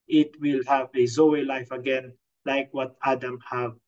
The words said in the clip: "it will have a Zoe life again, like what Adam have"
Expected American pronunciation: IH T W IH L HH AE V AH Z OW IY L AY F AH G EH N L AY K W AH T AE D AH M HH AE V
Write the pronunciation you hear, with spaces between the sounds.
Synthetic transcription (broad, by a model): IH T W IH L HH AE V AH Z OW IY L AY F AH G EH N L AY K W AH T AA D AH M HH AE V